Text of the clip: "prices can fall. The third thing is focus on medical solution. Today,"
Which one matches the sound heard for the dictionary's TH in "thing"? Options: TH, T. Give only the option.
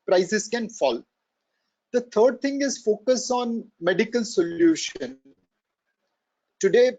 T